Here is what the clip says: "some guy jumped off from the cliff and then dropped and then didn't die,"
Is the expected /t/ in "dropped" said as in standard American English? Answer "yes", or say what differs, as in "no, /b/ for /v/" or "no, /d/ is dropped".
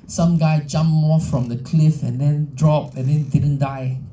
no, /t/ is dropped